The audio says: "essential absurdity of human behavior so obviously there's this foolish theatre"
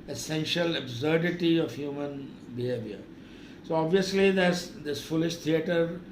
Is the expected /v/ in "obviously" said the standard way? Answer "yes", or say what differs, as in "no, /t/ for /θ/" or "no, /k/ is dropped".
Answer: yes